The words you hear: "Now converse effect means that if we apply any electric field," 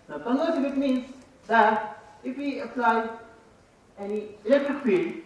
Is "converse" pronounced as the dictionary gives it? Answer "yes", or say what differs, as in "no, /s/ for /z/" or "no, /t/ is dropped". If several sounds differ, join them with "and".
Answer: no, /v/ is dropped